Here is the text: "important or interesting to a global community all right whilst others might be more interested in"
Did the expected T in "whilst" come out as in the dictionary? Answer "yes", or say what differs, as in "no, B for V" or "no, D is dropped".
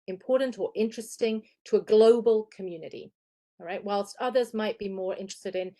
yes